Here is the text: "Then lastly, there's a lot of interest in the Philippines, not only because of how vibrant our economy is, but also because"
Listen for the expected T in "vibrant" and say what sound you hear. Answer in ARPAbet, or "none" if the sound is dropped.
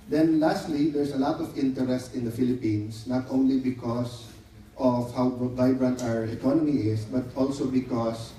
T